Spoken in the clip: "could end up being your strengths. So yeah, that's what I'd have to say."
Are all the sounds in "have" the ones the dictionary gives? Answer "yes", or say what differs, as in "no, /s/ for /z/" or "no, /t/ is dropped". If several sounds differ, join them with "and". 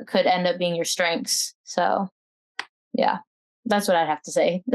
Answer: no, /f/ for /v/